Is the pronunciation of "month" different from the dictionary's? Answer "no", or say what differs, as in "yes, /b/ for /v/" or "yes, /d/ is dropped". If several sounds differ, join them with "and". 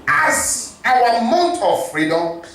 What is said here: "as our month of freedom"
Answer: yes, /t/ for /θ/